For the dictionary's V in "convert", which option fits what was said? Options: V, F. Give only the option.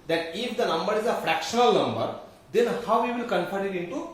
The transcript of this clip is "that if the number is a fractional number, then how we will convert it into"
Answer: F